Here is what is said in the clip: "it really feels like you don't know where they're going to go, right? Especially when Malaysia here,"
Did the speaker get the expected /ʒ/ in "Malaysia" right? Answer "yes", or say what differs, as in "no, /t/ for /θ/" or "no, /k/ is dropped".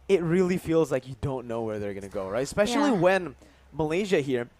yes